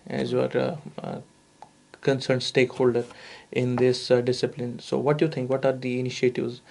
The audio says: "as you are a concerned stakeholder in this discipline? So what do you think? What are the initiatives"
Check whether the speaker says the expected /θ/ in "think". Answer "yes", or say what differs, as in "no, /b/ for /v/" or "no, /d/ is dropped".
no, /t/ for /θ/